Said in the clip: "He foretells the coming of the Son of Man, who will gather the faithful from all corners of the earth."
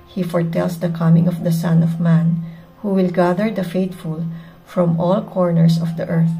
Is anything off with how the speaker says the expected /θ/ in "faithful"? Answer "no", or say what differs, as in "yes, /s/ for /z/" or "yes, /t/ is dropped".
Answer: yes, /t/ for /θ/